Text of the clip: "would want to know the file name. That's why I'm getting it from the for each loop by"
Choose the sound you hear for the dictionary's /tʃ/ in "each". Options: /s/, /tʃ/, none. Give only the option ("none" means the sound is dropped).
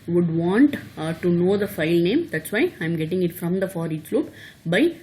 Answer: /s/